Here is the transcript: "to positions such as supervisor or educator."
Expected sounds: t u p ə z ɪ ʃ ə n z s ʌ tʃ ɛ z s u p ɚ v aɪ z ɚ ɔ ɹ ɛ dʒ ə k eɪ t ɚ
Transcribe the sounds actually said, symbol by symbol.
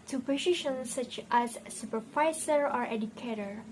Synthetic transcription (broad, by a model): t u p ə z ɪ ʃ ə n s ʌ tʃ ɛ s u p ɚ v aɪ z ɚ ɔ ɹ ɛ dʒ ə k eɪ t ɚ